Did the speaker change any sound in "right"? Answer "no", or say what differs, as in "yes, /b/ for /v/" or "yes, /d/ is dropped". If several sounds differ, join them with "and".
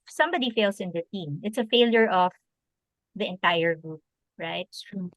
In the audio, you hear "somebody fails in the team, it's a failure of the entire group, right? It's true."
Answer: yes, /t/ is dropped